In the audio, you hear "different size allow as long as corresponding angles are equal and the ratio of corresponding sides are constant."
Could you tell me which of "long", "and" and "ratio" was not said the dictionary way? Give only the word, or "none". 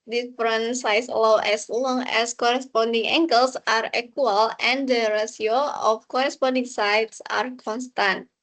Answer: ratio